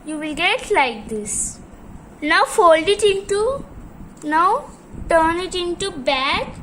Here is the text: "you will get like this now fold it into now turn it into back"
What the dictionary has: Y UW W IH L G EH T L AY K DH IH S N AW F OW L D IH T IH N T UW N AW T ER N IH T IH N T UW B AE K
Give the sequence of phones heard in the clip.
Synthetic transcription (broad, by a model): Y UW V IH L G EH T L AY K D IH S N AW F OW L D IH T IH N T UW N AW T ER N IH T IH N T UW B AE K